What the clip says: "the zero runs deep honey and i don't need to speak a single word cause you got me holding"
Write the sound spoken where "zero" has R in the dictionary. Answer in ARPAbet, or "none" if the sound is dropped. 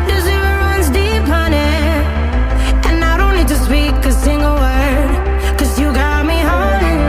none